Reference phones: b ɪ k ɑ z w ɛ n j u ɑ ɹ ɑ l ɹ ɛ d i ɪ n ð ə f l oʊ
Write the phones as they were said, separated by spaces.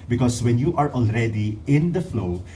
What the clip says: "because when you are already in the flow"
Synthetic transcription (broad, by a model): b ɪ k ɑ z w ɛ n j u ɑ ɹ ɑ l ɹ ɛ d i ɪ n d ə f l oʊ